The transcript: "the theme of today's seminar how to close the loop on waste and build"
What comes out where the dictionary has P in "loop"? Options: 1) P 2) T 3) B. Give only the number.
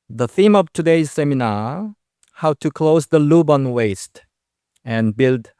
3